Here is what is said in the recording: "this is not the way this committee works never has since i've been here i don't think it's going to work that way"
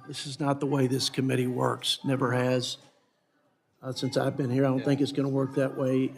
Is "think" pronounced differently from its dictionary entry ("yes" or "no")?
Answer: no